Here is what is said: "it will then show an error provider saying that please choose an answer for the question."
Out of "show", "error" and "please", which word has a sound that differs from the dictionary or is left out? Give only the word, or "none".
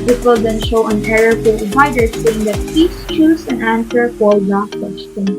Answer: please